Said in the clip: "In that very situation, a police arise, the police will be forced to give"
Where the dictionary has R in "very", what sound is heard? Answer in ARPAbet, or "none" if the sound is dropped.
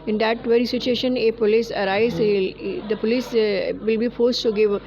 R